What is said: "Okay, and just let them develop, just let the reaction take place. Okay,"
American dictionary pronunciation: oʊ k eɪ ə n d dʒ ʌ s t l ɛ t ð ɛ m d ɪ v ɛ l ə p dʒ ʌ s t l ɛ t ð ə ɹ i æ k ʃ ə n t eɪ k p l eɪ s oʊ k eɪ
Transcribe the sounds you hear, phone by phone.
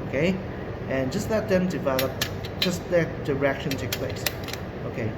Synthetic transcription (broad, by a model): oʊ k eɪ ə n dʒ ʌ s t l ɛ t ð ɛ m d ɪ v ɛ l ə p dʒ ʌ s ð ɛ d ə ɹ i k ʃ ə n t eɪ k p l eɪ s oʊ k eɪ